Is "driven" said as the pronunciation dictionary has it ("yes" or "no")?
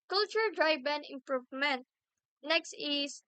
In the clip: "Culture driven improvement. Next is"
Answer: no